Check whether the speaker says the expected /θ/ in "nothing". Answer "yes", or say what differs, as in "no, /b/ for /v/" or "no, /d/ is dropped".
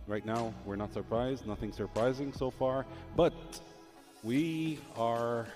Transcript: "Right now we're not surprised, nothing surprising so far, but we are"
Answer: yes